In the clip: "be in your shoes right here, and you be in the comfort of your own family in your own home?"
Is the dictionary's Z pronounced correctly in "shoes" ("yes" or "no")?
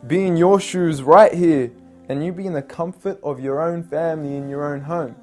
yes